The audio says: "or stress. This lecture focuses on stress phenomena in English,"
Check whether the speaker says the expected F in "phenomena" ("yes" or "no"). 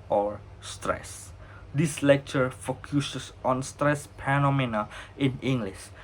no